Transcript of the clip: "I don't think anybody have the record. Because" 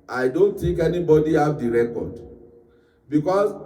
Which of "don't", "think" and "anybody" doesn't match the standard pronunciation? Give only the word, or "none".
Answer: think